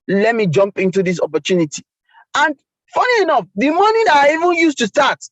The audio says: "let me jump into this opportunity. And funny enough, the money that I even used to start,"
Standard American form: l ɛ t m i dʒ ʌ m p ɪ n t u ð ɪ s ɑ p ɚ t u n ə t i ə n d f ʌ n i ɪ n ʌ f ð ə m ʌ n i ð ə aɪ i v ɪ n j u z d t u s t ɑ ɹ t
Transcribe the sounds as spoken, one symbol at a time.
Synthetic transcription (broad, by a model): l ɛ t m i dʒ ʌ m p ɪ n t u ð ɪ s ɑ p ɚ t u n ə t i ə n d f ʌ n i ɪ n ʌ f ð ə m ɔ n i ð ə aɪ i v ɪ n j u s t u s t ɑ t